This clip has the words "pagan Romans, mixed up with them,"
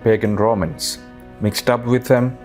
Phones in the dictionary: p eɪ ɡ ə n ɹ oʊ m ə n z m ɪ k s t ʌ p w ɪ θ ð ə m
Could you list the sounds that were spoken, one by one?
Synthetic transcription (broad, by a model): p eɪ ɡ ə n ɹ oʊ m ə n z m ɪ k s t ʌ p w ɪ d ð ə m